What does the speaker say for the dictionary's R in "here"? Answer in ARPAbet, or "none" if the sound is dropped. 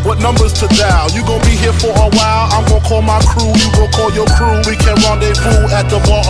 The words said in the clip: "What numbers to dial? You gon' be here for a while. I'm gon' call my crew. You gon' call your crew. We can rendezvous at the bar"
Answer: R